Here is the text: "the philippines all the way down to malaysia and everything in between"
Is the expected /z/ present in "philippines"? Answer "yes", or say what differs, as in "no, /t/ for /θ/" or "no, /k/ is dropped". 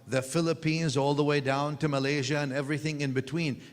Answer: yes